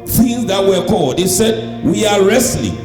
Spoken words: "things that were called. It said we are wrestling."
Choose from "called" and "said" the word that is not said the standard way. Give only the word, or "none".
none